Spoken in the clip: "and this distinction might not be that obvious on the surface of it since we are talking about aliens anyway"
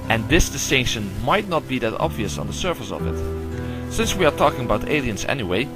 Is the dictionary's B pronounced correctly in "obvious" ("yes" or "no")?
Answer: yes